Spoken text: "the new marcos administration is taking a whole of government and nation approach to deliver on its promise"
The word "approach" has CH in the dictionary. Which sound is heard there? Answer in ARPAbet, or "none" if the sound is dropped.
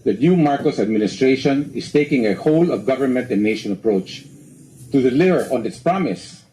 CH